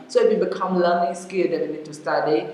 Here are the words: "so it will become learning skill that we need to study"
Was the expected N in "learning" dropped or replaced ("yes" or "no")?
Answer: yes